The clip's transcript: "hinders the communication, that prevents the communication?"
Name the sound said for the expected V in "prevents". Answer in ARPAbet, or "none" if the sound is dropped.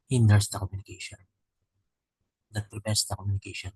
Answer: P